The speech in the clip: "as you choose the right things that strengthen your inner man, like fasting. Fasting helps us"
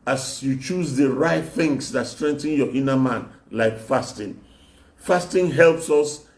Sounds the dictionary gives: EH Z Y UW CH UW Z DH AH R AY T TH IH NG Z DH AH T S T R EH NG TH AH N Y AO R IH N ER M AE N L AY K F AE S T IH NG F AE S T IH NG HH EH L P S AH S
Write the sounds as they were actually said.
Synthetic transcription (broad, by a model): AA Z Y UW CH UW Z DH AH R AY T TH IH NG S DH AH T S T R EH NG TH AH N Y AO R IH N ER M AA N L AY K F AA S T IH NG F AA S T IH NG HH EH L P S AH S